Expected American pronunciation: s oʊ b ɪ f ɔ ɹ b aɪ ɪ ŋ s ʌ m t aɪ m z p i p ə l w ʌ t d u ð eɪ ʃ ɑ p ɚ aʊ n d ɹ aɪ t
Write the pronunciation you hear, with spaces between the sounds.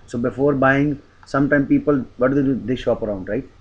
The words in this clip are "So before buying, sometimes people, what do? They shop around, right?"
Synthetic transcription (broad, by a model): s oʊ b ɪ f ɔ ɹ b aɪ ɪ ŋ s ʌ m t aɪ m p i p ə l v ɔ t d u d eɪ ʃ ɑ p ɚ aʊ n d ɹ aɪ t